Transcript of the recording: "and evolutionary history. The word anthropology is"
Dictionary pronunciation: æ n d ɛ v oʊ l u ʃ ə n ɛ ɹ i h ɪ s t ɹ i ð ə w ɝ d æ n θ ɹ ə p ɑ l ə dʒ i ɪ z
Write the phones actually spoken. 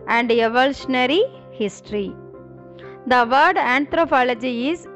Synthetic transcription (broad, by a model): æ n d ɛ v oʊ l u ʃ ə n ɛ ɹ i h ɪ s t ɹ i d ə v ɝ d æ n t ɹ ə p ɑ l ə dʒ i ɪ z